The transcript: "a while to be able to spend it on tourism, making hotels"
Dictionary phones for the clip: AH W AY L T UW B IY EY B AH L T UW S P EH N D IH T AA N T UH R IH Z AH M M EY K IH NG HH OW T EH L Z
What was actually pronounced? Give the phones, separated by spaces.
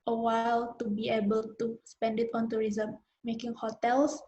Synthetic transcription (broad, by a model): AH W AY L T UW B IY EY B AH L T UW S P EH N D IH T AA N T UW R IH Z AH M M EY K IH NG HH OW T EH L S